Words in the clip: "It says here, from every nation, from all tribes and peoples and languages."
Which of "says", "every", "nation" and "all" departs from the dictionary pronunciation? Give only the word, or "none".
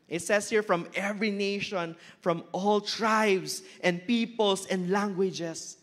says